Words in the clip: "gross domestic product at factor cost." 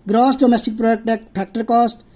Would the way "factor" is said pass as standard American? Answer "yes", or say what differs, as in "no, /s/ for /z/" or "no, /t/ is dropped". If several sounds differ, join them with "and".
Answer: no, /p/ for /f/